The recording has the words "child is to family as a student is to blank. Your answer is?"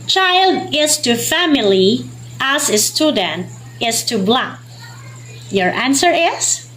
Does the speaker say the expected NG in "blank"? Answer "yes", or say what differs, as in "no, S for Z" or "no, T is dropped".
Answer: no, NG is dropped